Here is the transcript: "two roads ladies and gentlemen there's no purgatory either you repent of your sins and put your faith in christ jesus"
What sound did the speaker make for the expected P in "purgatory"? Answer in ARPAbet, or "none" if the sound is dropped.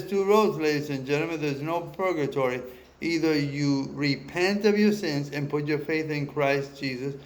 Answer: P